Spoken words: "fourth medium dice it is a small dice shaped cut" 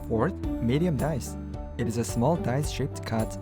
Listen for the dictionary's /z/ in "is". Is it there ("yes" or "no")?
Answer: yes